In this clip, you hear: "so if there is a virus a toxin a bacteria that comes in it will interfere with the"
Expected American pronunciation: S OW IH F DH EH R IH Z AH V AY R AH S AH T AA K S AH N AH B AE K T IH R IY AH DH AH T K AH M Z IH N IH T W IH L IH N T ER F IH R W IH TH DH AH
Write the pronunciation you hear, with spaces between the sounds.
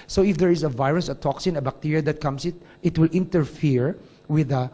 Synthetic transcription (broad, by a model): S OW IH F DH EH R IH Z AH V AY R AH S AH T AA K S AH N AH B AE K T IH R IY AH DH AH T K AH M S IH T IH T W IH L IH N T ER F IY R W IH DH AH